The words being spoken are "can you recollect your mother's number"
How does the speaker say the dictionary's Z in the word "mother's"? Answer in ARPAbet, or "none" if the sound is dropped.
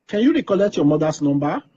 S